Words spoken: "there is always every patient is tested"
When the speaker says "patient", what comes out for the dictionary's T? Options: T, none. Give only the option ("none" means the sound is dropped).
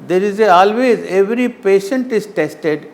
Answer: T